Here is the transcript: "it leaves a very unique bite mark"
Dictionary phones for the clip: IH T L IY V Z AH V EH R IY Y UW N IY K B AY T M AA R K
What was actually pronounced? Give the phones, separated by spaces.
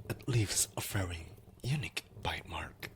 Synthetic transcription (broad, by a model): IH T L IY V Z AH F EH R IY Y UW N IY K B AY T M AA R K